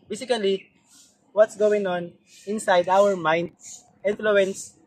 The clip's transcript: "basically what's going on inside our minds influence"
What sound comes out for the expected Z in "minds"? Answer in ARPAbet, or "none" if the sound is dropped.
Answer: none